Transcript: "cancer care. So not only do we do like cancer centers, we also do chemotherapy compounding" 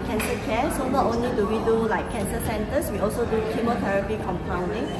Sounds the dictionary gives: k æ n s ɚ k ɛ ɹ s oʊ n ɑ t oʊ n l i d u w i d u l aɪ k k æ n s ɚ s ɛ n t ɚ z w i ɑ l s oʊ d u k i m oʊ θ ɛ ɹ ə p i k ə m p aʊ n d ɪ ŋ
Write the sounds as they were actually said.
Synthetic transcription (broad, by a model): k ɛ n s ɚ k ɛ s oʊ n ɑ t oʊ n l i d u w i d u l aɪ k k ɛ n s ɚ s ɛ n t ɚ s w i ɑ l s oʊ d u k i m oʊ t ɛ ɹ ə p i k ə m p aʊ n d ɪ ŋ